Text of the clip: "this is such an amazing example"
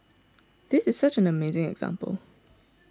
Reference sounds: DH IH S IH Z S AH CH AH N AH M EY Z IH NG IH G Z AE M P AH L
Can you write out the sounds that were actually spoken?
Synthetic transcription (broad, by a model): DH IH S IH Z S AH CH AH N AH M EY Z IH NG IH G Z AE M P AH L